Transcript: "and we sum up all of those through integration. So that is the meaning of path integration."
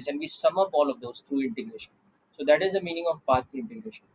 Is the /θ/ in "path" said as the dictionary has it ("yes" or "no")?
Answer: no